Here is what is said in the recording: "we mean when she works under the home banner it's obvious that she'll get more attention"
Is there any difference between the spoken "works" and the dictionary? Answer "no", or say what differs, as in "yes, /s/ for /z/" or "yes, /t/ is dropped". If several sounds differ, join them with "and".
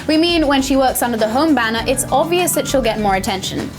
no